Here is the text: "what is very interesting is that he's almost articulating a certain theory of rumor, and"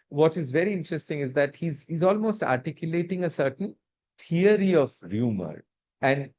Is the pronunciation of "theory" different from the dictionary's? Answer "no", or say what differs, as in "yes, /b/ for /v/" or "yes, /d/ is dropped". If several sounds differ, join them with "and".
yes, /t/ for /θ/